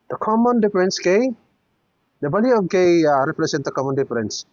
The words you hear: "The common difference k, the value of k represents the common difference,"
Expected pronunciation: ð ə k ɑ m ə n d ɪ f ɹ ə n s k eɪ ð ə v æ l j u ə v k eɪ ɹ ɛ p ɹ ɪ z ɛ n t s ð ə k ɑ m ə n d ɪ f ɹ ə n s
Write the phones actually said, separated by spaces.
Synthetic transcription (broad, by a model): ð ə k ɑ m ə n d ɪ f ɹ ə n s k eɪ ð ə b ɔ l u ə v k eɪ ɹ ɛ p ɹ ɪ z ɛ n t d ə k ɑ m ə n d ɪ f ɹ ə n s